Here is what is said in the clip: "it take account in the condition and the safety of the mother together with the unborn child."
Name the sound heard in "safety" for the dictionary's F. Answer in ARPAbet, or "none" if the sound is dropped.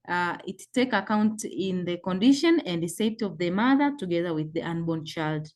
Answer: none